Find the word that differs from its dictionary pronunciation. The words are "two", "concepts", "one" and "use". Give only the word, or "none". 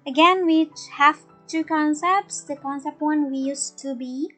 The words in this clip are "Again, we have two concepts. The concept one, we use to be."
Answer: none